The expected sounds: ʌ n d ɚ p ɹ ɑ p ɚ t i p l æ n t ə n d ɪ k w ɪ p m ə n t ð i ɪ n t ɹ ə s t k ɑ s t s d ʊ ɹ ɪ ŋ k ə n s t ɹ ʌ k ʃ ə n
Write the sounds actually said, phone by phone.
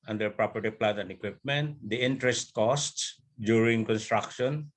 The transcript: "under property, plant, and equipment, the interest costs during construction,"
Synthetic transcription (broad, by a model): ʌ n d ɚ p ɹ ɑ p ɚ t i p l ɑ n ə n d ɪ k w ɪ p m ə n t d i ɪ n t ɹ ə s t k ɑ s t s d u ɹ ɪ ŋ k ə n s t ɹ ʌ k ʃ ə n